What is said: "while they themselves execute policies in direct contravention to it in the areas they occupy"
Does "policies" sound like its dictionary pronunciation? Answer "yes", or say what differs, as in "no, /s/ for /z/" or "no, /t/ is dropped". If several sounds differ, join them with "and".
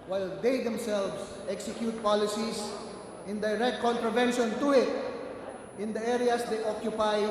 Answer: no, /s/ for /z/